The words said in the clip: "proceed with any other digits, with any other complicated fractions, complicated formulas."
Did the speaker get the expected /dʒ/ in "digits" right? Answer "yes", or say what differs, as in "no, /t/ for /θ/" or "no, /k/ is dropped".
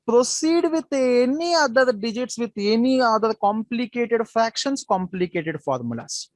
yes